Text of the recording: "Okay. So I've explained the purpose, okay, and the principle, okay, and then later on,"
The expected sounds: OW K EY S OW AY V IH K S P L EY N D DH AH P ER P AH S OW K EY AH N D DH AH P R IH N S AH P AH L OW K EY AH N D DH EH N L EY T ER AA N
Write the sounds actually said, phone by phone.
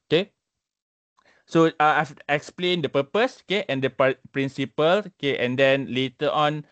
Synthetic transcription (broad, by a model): OW K EY S OW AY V IH K S P L EY N D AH P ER P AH S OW K EY AH N D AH P R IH N S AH P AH L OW K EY AH N D EH N L EY T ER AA N